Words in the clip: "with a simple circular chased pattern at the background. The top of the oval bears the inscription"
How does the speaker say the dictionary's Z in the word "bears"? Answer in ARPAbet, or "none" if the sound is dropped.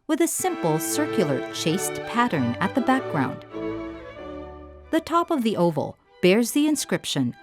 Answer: Z